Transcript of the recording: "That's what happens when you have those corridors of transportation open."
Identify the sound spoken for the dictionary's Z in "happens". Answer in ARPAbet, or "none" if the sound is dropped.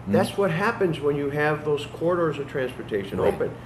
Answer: Z